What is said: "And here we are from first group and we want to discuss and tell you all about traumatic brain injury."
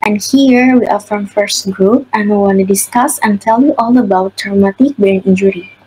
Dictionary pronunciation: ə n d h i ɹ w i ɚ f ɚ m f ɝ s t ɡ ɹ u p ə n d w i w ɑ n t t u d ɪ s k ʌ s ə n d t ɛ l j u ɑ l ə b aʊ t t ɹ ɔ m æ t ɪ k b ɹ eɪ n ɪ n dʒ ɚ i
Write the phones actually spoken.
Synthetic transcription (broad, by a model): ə n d h i ɹ w i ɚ f ɚ m f ɝ s t ɡ ɹ u p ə n w i w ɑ n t t u d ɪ s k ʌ s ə n t ɛ l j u ɑ l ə b aʊ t t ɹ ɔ m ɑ t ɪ k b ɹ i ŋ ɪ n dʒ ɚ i